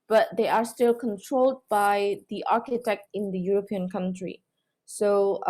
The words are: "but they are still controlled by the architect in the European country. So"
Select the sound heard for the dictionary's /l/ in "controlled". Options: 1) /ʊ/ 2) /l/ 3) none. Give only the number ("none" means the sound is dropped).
2